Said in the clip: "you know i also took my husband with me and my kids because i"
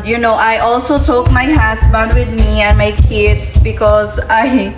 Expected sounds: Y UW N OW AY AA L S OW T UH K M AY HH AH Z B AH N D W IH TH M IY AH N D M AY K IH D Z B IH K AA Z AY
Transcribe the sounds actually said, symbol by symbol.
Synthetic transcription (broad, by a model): Y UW N OW AY AA L S OW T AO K M AY HH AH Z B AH N D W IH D M IY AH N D M AY K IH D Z B IH K AA Z AY